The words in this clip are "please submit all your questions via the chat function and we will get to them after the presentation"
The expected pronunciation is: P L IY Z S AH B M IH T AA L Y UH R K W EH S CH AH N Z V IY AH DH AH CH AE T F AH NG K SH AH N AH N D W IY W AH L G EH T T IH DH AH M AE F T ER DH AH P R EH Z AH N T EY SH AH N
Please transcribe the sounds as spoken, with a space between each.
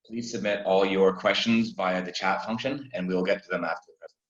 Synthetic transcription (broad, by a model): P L IY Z S AH B M IH T AA L Y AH R K W EH S CH AH N Z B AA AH DH AH CH AE T F AH NG K SH AH N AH N W IY W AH L G EH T T IH DH AH M AE F T ER DH AH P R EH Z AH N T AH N